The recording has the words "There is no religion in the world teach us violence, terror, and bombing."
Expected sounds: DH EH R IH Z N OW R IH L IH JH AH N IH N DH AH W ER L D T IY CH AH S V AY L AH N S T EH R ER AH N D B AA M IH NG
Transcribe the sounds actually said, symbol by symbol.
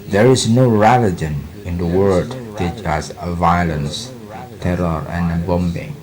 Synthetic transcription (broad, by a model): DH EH R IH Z N OW R IH L IH JH AH N IH N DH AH W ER D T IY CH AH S V AY L AH N S T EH R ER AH N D B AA M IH NG